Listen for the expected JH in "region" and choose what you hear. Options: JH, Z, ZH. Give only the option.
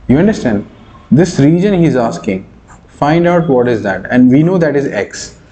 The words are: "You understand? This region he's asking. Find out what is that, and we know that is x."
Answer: JH